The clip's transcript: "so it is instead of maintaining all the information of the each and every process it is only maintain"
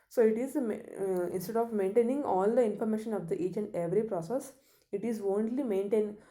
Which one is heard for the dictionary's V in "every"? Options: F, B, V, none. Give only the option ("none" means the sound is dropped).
V